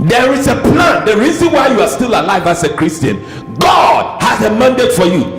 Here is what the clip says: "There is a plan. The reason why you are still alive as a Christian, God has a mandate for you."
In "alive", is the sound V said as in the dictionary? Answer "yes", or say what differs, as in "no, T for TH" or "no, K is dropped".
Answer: yes